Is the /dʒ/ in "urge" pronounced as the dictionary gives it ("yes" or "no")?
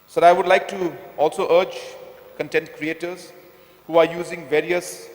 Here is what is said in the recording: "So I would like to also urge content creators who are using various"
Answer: yes